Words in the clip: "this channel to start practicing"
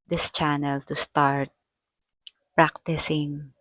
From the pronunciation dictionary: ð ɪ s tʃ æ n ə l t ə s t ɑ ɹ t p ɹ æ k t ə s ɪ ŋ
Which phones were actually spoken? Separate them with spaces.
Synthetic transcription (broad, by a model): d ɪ s tʃ æ n ə l t ə s t ɑ ɹ t p ɹ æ k t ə s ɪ ŋ